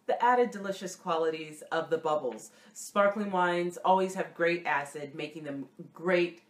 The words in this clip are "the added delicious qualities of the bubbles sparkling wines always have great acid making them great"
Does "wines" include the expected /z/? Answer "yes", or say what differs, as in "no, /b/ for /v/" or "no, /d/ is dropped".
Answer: yes